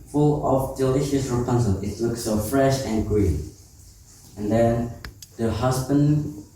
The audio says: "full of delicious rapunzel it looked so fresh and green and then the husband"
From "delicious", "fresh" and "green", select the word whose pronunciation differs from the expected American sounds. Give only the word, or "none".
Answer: none